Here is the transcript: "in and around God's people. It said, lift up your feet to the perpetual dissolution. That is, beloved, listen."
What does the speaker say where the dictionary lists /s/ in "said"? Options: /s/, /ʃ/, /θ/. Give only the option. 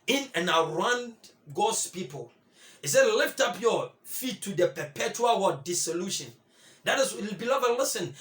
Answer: /s/